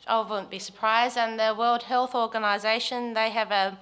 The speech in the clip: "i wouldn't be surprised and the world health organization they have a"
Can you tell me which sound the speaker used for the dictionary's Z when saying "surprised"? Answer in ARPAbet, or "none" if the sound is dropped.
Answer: Z